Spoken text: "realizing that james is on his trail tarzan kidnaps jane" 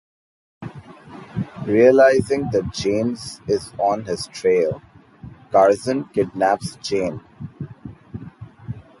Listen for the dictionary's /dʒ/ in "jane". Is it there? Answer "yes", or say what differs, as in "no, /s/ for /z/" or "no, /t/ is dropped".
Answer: no, /tʃ/ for /dʒ/